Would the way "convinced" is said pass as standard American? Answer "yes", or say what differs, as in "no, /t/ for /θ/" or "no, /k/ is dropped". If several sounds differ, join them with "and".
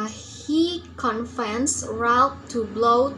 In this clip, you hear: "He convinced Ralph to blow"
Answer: no, /f/ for /v/